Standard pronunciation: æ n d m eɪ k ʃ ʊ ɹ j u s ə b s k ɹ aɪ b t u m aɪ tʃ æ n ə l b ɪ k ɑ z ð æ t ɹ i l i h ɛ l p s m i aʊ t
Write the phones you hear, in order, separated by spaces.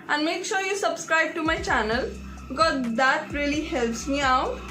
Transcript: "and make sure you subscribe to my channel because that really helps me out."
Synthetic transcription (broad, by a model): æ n d m eɪ k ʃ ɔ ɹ j u s ə b s k ɹ aɪ b t u m aɪ tʃ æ n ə l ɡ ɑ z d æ t ɹ i l i h ɛ l p s m i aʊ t